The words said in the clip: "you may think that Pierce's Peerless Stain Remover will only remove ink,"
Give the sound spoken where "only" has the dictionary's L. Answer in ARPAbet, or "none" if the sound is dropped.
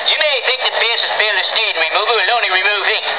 none